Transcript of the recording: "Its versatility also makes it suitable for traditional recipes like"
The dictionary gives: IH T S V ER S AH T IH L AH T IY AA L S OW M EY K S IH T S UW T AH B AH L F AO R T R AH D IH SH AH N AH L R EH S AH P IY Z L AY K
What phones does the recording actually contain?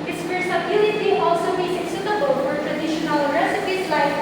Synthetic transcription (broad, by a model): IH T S P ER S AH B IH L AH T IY AA L S OW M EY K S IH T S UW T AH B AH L F AO R T R AH D IH SH AH N AH L R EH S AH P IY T L AY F